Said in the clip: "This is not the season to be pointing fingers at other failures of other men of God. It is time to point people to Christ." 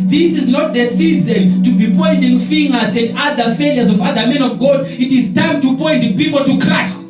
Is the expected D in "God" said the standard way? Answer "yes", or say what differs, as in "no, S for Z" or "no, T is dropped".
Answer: yes